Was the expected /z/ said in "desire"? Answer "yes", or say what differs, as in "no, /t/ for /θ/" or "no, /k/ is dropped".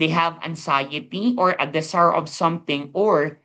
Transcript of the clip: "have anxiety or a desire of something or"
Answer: no, /s/ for /z/